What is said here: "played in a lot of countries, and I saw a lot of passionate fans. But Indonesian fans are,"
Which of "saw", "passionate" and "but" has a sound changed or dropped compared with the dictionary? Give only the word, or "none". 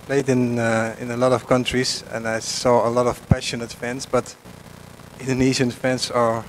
none